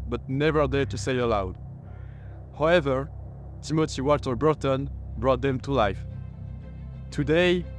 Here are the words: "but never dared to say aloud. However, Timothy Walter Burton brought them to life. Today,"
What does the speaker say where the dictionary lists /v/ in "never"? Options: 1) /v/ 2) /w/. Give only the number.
1